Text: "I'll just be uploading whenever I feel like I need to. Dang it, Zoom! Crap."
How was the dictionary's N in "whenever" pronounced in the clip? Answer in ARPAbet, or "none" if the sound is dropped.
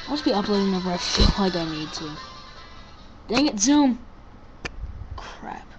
none